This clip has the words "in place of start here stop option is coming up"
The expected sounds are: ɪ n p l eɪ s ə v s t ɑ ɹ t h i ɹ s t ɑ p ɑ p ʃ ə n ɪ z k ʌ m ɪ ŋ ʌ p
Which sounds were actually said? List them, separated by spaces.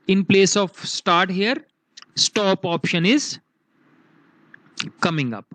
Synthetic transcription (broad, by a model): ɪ n p l eɪ s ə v s t ɑ ɹ t h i ɹ s t ɑ p ɑ p ʃ ə n ɪ z k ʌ m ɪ ŋ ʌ p